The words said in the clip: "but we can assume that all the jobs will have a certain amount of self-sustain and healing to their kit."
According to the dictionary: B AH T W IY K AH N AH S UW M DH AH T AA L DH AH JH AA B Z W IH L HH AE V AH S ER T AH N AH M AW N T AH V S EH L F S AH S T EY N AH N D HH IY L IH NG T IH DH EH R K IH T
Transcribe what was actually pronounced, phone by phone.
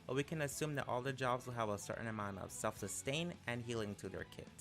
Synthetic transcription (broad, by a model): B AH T W IY K AH N AH S UW M DH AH T AA L DH AH JH AA B Z W IH L HH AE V AH S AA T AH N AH M AW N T AH V S EH L F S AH S T EY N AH N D HH IY L IH NG T IH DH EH R K IH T